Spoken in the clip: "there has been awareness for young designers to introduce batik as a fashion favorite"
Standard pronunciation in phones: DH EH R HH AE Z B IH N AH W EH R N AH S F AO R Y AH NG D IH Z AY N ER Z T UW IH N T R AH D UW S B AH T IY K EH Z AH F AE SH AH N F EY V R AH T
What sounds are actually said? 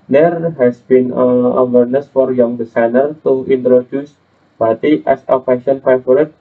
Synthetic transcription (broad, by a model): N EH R HH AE S B IH N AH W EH R N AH S F AO R Y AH NG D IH S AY N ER T UW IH N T R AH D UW S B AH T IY EH S AH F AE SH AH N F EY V R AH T